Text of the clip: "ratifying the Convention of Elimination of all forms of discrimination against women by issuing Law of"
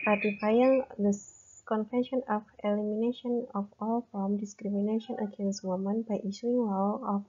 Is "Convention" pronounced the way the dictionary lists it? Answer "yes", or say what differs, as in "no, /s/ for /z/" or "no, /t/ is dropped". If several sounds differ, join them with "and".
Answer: no, /f/ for /v/